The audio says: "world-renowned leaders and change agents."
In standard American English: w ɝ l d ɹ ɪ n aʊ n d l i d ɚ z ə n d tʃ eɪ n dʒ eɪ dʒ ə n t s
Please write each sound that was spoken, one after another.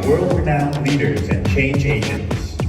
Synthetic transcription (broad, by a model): w ɝ l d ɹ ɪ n aʊ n l i d ɚ z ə n tʃ eɪ n dʒ eɪ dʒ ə n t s